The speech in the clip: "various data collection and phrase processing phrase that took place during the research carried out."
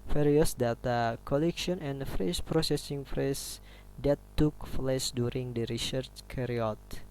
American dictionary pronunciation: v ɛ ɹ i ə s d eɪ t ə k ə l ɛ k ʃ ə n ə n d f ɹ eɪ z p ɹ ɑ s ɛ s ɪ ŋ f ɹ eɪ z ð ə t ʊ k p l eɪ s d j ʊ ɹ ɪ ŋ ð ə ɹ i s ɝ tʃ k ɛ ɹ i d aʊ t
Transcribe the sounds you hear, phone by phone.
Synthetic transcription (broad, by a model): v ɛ ɹ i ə s d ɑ t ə k ə l ɛ k ʃ ə n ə n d f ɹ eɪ s p ɹ ɑ s ɛ s ɪ ŋ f ɹ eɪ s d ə t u k f l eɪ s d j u ɹ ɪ ŋ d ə ɹ i s ɝ tʃ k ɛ ɹ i ɔ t